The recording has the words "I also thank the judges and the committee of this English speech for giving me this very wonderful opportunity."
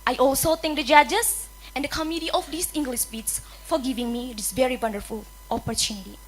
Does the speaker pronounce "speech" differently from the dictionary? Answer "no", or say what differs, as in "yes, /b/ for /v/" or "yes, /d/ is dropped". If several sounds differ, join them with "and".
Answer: yes, /s/ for /tʃ/